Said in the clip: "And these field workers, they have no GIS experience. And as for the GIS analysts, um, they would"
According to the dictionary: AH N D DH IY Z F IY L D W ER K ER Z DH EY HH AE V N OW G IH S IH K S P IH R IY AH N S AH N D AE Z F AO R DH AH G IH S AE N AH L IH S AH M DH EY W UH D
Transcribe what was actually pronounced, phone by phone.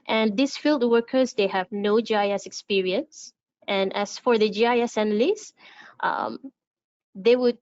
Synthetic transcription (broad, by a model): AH N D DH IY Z F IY L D W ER K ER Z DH EY HH AE V N OW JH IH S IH K S P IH R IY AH N S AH N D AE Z F AO R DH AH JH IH S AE N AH L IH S AH M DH EY W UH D